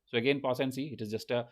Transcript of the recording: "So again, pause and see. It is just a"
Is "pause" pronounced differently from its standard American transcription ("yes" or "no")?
yes